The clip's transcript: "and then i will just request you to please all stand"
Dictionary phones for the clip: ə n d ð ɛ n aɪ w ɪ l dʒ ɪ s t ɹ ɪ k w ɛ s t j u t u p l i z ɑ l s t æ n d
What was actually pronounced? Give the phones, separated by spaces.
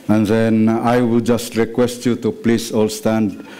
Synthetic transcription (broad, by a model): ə n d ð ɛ n aɪ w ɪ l dʒ ɪ s t ɹ ɪ k w ɛ s t j u t u p l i s ɑ l s t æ n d